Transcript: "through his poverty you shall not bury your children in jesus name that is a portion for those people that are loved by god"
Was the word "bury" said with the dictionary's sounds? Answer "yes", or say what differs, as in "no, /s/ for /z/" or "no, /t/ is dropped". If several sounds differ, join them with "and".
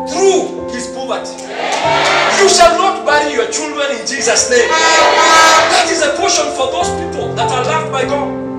no, /ɹ/ is dropped